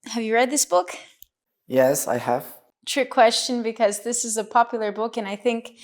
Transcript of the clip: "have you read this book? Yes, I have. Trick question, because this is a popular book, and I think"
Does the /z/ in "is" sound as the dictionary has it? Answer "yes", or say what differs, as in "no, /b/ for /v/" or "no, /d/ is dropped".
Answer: yes